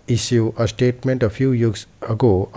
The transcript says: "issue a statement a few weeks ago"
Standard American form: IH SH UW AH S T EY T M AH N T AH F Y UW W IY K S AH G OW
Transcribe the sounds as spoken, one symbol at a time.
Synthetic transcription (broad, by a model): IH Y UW AH S T EY T M AH N T AH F Y UW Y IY S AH G OW